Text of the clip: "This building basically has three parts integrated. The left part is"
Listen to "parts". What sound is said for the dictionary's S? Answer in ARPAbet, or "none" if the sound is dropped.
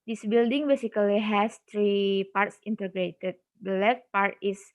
S